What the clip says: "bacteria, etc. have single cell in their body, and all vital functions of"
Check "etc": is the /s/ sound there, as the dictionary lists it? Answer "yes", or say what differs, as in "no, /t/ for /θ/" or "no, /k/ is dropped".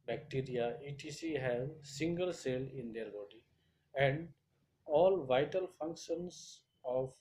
no, /s/ is dropped